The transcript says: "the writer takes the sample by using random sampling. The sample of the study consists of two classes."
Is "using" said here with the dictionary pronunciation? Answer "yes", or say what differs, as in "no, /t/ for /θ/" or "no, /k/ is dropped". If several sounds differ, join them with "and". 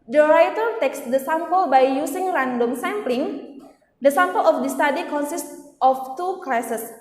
no, /s/ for /z/